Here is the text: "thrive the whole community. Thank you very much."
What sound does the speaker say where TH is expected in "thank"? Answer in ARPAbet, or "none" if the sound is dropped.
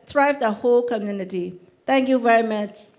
T